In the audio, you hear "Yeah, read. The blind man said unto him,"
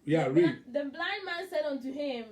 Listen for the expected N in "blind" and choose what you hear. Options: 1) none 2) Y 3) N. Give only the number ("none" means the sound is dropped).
3